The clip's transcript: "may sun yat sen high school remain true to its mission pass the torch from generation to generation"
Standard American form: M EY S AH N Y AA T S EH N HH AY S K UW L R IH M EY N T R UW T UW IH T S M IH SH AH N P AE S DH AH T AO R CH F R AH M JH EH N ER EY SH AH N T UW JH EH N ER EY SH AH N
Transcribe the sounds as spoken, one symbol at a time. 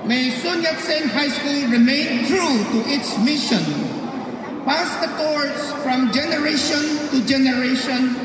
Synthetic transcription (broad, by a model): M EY S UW N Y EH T S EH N HH AY S K UW L R IH M EY N T R UW T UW IH T S M IH SH AH N P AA S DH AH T AO R S F R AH M JH EH N ER EY SH AH N T UW JH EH N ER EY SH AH N